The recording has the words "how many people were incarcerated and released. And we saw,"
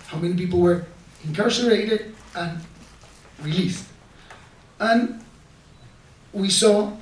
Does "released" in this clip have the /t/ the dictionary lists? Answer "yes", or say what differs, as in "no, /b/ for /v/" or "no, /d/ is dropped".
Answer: yes